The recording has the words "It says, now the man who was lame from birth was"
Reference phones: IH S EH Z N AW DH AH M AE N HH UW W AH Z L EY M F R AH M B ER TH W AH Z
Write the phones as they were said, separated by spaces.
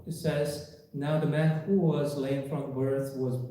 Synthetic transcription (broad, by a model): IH S EH Z N AW DH AH M AE N HH UW W AH Z L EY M F R AH M B ER TH W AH Z